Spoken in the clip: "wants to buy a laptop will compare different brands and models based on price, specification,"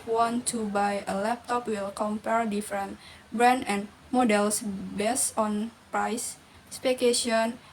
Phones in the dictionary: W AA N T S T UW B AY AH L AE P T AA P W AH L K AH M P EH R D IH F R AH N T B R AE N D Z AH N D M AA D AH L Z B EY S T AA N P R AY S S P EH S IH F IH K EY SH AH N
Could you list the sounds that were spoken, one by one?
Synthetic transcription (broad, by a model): W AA N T T UW B AY AH L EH P T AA P W AH L K AH M P EH R D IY F R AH N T B R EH N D AH N M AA D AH L S B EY S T AA N P R AY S S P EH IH K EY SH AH N